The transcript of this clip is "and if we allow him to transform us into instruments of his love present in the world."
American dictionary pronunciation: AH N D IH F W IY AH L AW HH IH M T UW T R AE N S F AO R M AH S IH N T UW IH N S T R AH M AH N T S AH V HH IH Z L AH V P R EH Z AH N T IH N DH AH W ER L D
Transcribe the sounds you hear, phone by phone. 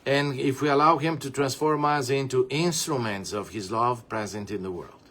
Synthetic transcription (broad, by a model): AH N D IH F W IY AH L AW HH IH M T UW T R AE N S F AO R M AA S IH N T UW IH N S T R AH M AH N T S AH V HH IH Z L AH V P R EH Z AH N T IH N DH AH W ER L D